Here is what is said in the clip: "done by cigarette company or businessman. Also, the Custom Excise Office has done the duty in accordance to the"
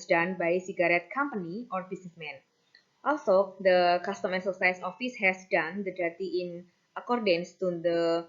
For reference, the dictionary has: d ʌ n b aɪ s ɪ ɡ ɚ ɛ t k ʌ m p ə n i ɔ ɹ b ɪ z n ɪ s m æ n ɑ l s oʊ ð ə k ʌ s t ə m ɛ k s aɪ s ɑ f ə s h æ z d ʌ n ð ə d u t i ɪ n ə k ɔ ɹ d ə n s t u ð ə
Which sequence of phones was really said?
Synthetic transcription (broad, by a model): d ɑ n b aɪ s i ɡ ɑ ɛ t k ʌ m p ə n i ɔ ɹ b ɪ s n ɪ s m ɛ n ɑ l s oʊ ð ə k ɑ s t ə m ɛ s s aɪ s ɑ f ə s h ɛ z d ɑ n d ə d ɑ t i ɪ n ə k ɔ ɹ d ə n s t u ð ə